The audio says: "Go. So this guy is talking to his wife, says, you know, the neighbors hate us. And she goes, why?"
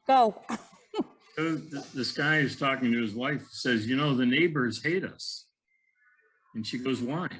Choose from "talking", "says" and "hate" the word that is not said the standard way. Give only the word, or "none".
none